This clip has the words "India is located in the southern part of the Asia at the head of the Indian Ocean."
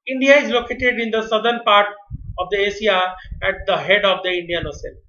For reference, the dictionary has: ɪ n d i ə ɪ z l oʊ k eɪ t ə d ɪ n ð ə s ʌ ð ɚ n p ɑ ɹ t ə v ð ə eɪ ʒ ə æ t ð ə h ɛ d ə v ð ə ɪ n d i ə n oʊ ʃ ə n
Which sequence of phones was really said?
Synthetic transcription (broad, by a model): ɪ n d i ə ɪ z l oʊ k eɪ t ə d ɪ n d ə s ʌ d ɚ n p ɑ ɹ t ə v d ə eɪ s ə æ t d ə h ɛ d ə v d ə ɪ n d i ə n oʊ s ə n